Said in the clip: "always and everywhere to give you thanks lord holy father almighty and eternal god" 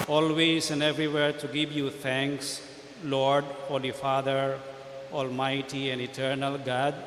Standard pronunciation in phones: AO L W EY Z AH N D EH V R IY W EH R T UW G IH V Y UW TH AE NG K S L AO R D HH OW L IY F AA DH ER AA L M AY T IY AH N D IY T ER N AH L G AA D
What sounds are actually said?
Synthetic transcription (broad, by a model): AO L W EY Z AH N D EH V R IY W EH R T UW G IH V Y UW T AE NG K S L AO R D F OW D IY F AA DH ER AA L M AY T IY AH N D IY T ER N AH L G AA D